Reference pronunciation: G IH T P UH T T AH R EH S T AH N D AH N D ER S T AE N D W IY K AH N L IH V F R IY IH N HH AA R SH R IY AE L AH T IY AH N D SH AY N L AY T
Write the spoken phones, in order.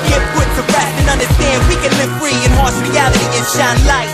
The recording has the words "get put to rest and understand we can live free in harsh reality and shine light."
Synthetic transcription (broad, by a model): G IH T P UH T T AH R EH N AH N AH N D ER S T AE N D W IY K AH N L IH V F R IY IH N HH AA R S R IY AE L AH T IY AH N SH AY N L AY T